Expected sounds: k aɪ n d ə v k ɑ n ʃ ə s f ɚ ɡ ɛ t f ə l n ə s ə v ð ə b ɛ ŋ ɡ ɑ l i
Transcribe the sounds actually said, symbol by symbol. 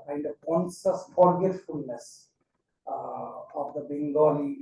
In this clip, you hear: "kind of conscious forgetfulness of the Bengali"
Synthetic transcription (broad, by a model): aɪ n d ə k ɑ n s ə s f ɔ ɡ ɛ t f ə l n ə s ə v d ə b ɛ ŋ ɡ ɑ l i